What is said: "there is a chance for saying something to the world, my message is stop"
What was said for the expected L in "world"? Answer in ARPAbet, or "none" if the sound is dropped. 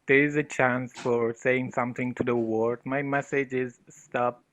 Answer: none